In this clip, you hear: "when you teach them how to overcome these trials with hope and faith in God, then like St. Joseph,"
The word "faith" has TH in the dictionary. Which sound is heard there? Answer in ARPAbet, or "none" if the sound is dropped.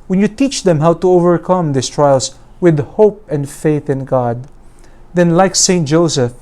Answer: TH